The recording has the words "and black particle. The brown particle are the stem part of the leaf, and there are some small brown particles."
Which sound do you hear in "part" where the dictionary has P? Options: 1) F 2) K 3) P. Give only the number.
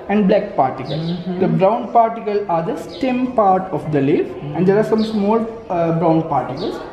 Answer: 3